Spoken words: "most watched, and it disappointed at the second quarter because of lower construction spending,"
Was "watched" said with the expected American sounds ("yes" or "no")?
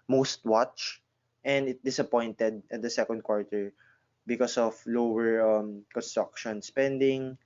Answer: yes